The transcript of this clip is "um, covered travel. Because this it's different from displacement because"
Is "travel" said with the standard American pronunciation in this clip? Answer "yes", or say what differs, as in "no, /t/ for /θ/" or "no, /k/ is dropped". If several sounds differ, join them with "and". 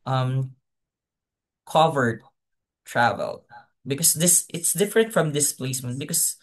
yes